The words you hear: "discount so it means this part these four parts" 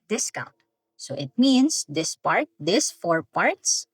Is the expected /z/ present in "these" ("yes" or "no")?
no